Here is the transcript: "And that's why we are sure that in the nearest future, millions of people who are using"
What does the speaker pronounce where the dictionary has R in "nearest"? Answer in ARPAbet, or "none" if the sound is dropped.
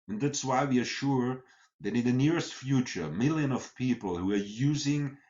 R